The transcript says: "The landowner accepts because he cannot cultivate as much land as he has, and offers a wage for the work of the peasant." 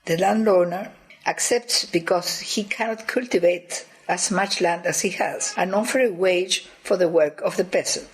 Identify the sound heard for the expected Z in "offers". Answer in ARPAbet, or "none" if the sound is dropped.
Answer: none